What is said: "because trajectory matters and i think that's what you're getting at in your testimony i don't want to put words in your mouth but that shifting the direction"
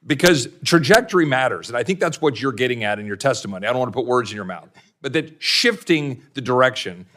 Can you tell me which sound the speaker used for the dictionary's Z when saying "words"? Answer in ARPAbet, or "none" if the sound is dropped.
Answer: Z